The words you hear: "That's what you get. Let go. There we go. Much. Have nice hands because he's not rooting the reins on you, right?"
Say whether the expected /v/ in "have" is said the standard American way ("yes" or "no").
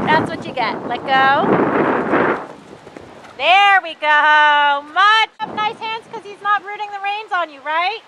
no